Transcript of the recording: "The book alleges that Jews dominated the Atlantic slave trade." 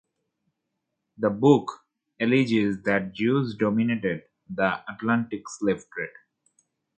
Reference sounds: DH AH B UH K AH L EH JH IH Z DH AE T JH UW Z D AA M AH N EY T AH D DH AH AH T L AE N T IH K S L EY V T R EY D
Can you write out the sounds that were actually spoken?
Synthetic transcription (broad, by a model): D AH B UH K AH L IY JH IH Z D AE T JH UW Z D AA M AH N EY T AH D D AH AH T L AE N T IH K S L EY F T R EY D